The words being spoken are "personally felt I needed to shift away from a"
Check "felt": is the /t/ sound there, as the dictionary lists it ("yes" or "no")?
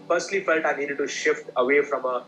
yes